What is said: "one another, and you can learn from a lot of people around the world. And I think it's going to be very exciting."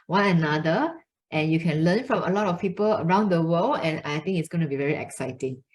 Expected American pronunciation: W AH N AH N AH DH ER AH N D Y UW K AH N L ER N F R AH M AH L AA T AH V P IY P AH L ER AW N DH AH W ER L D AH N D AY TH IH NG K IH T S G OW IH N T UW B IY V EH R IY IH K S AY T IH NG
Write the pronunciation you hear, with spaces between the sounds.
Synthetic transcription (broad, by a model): W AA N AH N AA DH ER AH N Y UW K AH N L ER N F R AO M AH L AA T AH F P IY P AH L ER AW N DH AH W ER L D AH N AY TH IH NG IH T S G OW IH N T UW B IY V EH R IY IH K S AY T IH NG